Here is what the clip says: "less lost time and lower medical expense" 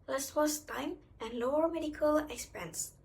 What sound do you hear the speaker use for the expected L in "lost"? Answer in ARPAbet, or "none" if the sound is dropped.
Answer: W